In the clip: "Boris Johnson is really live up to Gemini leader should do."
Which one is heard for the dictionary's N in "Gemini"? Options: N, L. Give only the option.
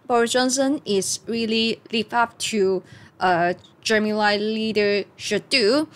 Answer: L